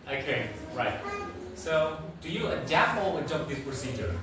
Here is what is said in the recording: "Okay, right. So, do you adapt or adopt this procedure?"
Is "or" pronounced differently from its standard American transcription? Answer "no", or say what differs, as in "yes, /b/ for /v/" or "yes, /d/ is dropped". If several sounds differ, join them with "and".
yes, /w/ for /ɹ/